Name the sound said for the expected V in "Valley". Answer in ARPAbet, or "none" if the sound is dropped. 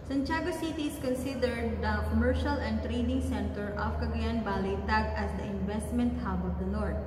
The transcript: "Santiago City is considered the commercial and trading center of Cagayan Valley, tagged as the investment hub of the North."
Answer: B